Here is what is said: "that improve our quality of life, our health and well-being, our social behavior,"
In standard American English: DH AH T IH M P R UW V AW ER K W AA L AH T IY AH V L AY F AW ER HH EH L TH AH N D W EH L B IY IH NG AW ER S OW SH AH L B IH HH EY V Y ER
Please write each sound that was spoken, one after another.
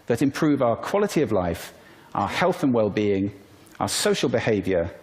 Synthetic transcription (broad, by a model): DH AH T IH M P R UW V AW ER K W AA L AH T IY AH V L AY F AW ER HH EH L TH AH N W EH L B IY IH NG AW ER S OW SH AH L B IH HH EY V Y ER